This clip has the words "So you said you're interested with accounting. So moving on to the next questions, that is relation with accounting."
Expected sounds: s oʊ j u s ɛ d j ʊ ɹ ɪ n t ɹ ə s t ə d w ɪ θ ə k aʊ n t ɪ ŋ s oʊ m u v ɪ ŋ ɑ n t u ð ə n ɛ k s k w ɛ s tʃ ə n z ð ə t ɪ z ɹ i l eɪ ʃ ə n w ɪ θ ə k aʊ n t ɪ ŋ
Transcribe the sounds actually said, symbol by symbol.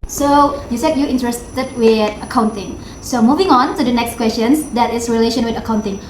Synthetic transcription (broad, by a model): s oʊ j u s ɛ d j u ɪ n t ɹ ə s t ə d w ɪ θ ə k aʊ n t ɪ ŋ s oʊ m u v ɪ ŋ ɑ n t u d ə n ɛ k s k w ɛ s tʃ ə n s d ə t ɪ s ɹ i l eɪ ʃ ə n w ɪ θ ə k aʊ n t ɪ ŋ